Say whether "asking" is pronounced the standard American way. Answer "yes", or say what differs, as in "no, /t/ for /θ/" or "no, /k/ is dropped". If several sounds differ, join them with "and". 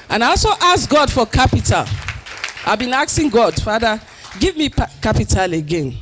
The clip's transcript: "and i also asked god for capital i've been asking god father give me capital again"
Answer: no, /k/ is dropped